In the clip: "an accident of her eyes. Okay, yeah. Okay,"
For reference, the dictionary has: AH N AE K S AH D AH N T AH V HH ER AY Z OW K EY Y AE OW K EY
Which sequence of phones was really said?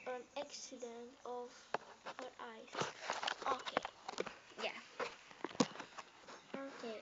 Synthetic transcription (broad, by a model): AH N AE K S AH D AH N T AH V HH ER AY S OW K EY Y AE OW K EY